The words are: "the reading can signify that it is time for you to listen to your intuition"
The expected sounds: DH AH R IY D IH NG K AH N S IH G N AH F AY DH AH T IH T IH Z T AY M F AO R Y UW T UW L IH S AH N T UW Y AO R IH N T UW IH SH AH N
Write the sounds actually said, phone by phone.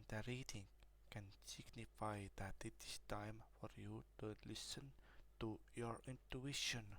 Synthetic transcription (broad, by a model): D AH R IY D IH NG K AH N S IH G N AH F AY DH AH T IH T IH S T AY M F AO R Y UW T UW L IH S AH N T UW Y AO R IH N T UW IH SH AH N